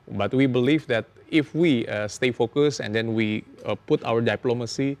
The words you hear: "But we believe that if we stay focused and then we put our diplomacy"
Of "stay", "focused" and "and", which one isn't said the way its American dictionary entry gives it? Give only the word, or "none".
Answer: focused